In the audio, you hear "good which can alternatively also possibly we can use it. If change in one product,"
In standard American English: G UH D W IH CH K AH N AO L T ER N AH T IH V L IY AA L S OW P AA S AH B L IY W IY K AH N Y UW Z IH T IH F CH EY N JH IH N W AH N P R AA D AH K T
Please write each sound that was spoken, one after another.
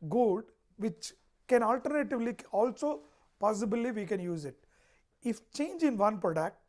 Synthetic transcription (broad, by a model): G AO D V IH CH K AH N AO L T ER N AH T IH V L IY AA L S OW P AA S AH B L IY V IY K AH N Y UW Z IH T IH F CH EY N JH IH N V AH N P R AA D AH K T